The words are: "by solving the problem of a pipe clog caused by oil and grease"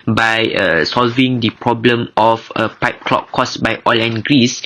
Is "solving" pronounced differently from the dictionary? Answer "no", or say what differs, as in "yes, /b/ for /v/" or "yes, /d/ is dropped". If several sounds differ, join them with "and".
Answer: no